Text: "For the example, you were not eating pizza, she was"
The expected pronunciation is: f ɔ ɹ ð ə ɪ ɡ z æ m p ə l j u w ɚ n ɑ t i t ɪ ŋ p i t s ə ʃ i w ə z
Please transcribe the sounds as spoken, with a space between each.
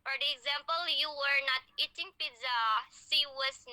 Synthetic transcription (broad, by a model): f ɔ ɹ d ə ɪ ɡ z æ m p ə l j u w ɚ n ɑ t i t ɪ ŋ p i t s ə s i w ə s